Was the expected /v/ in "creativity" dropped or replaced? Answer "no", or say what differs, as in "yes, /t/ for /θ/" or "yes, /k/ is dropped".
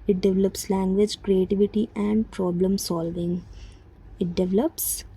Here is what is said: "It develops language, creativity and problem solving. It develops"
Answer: no